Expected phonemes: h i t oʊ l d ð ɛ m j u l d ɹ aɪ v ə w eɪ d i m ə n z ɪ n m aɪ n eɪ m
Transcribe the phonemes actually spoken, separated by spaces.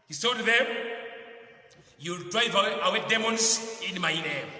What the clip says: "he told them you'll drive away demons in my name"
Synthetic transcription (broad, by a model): h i s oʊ d ð ɛ m j u l d ɹ aɪ v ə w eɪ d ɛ m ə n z ɪ n m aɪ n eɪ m